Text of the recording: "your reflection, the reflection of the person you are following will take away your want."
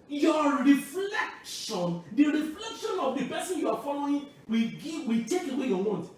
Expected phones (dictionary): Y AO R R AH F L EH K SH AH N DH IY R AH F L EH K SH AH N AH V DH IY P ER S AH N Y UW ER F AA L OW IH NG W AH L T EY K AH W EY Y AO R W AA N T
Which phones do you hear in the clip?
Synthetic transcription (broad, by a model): Y AO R R AH F L EH K SH AH N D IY R AH F L EH K SH AH N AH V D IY P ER S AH N Y UW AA F AA L OW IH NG W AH W T EY K AH W EY Y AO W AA N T